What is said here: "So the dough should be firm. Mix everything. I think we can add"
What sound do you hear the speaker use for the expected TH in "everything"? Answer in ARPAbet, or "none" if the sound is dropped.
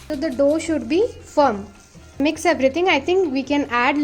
T